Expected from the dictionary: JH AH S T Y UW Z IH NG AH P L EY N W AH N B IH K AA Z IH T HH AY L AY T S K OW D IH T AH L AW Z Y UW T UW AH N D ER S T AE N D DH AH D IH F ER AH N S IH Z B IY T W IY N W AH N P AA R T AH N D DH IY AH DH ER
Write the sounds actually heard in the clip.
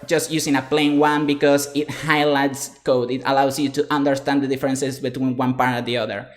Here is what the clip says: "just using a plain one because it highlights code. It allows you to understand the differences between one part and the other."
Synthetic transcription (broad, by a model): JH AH S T Y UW S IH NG AH P L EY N W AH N B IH K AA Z IH T HH AY L AY T S K OW D IH T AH L AW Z Y UW T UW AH N D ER S T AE N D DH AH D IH F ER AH N S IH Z B IY T W IY N W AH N P AA R T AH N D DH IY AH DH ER